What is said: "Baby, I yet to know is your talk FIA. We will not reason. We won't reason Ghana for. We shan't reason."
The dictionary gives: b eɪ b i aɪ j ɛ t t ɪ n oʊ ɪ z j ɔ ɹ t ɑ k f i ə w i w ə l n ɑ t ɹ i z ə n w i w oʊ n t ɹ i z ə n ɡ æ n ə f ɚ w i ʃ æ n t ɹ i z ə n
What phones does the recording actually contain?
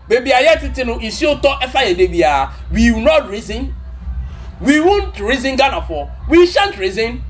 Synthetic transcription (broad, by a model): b eɪ b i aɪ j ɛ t t ɪ n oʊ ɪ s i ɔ t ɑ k f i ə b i w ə w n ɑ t ɹ i z ə n w i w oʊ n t ɹ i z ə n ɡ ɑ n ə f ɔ w i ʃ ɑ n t ɹ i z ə n